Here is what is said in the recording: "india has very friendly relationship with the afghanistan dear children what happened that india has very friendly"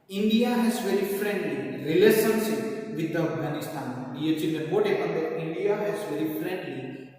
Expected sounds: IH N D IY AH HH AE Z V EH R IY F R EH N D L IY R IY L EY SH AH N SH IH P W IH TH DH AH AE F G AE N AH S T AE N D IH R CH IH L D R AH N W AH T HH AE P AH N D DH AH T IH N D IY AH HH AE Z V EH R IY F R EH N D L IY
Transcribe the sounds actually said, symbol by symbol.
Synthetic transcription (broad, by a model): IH N D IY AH HH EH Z V EH R IY F R EH N D L IY R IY L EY S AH N S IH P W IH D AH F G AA N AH S T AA N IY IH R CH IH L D AH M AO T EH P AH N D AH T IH N D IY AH HH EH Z V EH R IY F R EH N D L IY